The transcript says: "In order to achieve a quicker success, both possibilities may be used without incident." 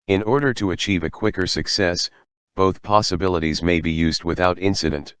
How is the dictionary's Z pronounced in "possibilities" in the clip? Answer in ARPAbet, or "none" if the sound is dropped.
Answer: Z